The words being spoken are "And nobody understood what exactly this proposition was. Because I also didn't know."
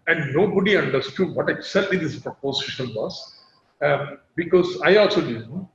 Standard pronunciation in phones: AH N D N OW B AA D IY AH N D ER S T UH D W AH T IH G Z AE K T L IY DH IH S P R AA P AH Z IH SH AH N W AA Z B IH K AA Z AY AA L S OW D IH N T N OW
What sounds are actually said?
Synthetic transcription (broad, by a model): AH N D N OW B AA D IY AH N D ER S T UH D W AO T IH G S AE T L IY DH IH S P R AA P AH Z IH SH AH N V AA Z B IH K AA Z AY AA L S OW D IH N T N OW